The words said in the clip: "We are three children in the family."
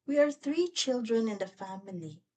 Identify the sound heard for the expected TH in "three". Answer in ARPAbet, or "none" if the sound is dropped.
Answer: TH